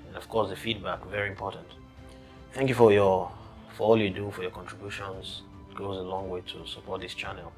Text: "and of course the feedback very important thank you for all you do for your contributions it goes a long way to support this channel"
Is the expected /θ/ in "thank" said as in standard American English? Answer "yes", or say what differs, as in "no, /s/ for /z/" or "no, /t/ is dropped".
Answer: yes